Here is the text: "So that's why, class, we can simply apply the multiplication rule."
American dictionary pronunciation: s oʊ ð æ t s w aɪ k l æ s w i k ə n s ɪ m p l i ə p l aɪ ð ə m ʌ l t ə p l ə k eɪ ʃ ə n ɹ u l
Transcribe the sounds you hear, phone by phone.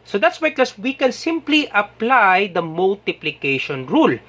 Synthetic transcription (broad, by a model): s oʊ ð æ t s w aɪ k ɔ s w i k ə n s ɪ m p l i ə p l aɪ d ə m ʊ l t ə p l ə k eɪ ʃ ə n ɹ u l